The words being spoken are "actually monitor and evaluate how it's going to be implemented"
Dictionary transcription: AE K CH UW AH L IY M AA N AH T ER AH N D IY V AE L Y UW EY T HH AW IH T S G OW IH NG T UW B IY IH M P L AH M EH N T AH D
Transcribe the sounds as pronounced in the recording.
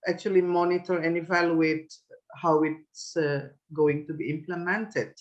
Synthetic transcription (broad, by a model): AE K CH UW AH L IY M AA N AH T ER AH N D IY V AE L Y UW EY T HH AW IH T S G OW IH NG T UW B IY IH M P L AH M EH N T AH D